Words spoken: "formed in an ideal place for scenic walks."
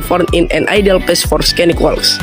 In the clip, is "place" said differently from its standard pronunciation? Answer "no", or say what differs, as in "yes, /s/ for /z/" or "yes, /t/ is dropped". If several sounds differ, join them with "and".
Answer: yes, /l/ is dropped